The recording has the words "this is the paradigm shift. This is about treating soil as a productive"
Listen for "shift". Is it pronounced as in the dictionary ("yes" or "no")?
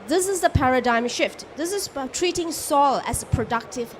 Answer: yes